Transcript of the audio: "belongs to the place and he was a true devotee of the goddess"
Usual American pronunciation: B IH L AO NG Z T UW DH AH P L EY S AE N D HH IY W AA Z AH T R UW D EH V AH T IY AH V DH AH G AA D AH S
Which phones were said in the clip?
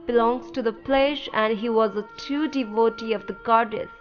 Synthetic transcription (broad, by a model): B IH L AO NG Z T UW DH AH P L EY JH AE N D HH IY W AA Z AH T UW D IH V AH T IY AH V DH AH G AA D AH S